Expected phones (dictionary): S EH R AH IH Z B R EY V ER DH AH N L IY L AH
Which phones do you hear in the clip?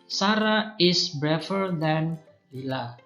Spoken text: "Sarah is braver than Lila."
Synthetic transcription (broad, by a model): S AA R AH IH S B R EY F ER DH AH N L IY L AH